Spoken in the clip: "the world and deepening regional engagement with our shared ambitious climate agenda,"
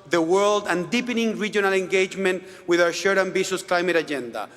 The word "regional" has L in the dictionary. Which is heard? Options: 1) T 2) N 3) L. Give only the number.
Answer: 3